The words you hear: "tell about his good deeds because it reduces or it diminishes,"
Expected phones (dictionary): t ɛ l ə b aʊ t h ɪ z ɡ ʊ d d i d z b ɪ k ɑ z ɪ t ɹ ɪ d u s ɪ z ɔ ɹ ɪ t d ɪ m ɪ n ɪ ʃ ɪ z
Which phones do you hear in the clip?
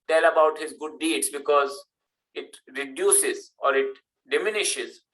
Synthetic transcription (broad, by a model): t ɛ l ə b aʊ t h ɪ z ɡ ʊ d d i d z b ɪ k ɑ z ɪ t ɹ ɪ d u s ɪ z ɔ ɹ ɪ t d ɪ m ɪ n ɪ ʃ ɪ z